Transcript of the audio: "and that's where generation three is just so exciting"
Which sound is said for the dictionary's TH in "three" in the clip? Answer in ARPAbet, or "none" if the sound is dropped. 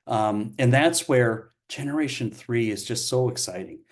TH